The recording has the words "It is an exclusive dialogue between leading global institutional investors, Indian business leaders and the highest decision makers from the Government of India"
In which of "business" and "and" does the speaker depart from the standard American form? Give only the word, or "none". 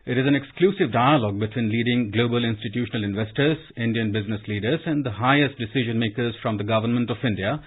none